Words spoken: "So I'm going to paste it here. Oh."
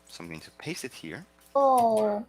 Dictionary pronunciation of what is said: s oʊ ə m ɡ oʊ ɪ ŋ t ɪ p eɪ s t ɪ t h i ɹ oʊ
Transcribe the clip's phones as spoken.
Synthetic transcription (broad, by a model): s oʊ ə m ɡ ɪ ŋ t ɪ p eɪ s ɪ t h i ɹ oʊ